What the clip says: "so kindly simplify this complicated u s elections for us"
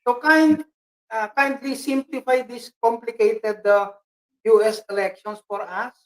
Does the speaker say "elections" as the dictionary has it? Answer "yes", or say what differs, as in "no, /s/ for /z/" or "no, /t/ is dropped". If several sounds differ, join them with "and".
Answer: no, /s/ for /z/